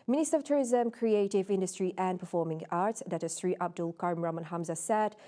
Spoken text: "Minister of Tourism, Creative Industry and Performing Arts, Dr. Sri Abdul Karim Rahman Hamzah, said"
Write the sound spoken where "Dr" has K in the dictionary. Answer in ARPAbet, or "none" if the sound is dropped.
none